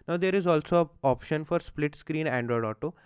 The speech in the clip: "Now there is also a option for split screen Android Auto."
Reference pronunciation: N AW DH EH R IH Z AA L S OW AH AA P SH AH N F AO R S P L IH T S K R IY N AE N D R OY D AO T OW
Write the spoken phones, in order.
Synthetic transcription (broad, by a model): N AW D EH R IH Z AA L S OW AA P SH AH N F AO R S P L IH T S K R IY N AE N D R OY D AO T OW